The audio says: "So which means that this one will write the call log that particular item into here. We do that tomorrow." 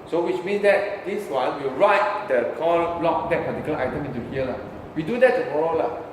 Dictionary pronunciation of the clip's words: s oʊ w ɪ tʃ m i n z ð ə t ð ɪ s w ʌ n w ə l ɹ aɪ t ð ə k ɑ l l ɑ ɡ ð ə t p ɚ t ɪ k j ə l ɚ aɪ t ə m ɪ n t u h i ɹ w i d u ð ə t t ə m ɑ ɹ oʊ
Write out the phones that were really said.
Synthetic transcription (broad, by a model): s oʊ w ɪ tʃ m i n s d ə t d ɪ s w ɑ n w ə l ɹ aɪ t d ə k ɑ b l ɑ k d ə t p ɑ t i k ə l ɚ aɪ t ə m ɪ n t u h i l w i d u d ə t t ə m ɑ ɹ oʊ